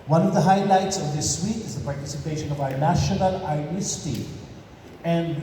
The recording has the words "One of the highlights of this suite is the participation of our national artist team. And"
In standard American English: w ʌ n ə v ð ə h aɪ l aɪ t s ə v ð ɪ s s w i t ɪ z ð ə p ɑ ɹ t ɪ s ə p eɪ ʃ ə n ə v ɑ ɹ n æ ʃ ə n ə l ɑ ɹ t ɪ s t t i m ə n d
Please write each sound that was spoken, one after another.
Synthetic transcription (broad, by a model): w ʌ n ə v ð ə h aɪ l aɪ t s ə v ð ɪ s s w i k ɪ z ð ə p ɑ ɹ t ɪ s ə p eɪ ʃ ə n ə v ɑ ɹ n æ ʃ ə n ə l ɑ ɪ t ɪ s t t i ə n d